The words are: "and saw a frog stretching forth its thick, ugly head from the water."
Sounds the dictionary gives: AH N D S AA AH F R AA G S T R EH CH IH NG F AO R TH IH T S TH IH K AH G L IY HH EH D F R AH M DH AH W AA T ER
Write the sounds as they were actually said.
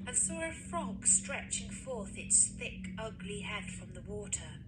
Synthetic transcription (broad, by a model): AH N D S AA AH F R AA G S T R EH CH IH NG F AO R TH IH T S TH IH K AH G L IY HH EH D F R AH M DH AH W AA T ER